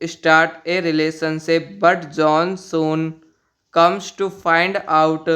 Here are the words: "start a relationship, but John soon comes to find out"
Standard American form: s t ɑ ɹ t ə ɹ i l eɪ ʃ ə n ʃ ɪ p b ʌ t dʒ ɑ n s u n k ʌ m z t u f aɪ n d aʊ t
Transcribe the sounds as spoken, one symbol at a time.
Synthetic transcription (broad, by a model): s t ɑ ɹ t ə ɹ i l eɪ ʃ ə n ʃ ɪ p b ʌ t dʒ ɑ n s u n k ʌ m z t u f aɪ n d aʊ t